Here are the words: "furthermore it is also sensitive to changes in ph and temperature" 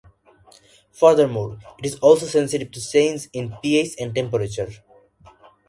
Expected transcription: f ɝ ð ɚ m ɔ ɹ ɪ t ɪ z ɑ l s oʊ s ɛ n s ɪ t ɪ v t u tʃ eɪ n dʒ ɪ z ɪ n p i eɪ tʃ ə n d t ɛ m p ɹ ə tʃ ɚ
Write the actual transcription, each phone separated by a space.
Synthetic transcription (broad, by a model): f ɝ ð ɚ m ɔ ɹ ɪ t ɪ z ɑ l s oʊ s ɛ n s ɪ t ɪ v t u s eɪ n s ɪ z ɪ n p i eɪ s ə n d t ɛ m p ɹ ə tʃ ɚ